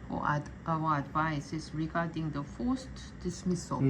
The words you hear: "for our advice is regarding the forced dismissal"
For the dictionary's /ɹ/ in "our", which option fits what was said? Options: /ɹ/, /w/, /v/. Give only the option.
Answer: /w/